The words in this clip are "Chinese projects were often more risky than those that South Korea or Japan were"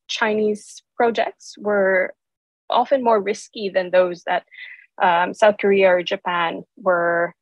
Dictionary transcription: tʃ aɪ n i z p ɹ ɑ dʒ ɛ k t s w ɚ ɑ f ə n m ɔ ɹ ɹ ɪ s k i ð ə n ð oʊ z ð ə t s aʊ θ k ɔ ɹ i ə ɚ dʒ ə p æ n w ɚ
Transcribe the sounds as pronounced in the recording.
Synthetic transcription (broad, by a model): tʃ aɪ n i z p ɹ ɑ dʒ ɛ k t s w ɚ ɑ f ə n m ɔ ɹ ɹ ɪ s k i ð ə n ð oʊ z ð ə t s aʊ θ k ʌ ɹ i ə ɚ dʒ ə p æ n w ɚ